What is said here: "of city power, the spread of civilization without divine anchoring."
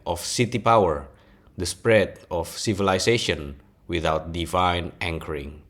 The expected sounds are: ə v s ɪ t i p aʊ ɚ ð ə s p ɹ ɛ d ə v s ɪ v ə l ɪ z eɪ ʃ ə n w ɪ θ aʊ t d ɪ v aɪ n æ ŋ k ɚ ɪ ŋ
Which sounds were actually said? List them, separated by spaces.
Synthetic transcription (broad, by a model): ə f s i t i p aʊ ɚ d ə s p ɹ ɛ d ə f s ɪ v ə l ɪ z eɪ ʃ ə n w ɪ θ aʊ t d ɪ v aɪ n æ ŋ k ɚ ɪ ŋ